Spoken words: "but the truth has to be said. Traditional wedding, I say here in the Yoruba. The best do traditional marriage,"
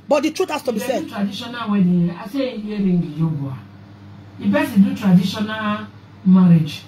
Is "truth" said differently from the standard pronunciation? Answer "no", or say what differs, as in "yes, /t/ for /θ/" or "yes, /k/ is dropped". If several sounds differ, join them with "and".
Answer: yes, /t/ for /θ/